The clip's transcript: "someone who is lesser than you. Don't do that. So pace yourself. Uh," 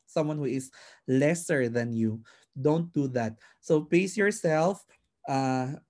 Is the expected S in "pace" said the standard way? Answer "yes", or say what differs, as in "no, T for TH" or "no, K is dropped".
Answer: yes